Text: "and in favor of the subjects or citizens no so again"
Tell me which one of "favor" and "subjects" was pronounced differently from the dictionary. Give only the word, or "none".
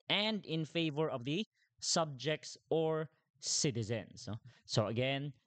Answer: none